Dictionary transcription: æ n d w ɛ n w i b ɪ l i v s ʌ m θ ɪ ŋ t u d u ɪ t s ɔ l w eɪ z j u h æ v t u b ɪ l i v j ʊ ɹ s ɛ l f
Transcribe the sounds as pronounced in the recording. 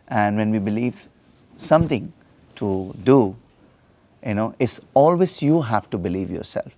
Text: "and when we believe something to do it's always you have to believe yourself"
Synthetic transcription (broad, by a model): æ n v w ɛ n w i b ɪ l i v s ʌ m t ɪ ŋ t u d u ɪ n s ɔ l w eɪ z j u h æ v t u b ɪ l i v j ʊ ɹ s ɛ l f